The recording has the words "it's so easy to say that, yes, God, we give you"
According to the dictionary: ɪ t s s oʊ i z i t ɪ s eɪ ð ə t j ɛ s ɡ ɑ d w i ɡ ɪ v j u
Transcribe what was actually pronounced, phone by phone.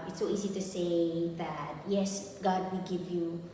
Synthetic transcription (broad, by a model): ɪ t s s oʊ i z i t ɪ s eɪ ð ə t j ɛ s ɡ ɑ d w i ɡ ɪ v j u